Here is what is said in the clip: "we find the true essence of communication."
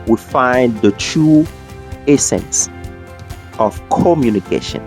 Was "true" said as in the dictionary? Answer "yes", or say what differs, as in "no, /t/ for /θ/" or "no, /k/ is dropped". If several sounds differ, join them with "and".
no, /ɹ/ is dropped